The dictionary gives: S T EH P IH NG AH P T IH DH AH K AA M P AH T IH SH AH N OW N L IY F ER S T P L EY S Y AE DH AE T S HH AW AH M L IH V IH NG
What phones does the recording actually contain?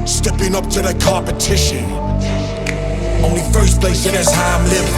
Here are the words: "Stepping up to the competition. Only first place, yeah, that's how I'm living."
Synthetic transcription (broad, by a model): S T EH P IH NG AH P T IH DH AH K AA P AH T IH SH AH N OW N L IY F ER S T P L EY S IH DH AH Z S HH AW AH M L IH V